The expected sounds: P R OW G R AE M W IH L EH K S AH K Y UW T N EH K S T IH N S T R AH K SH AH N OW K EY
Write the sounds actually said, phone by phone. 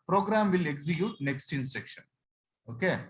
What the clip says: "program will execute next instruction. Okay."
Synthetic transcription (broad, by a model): P R OW G R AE M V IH L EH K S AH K Y UW T N EH K S T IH N S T EH K SH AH N OW K EY